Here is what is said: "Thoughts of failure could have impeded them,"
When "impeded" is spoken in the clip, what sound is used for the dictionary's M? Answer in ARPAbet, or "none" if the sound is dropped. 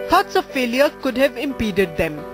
M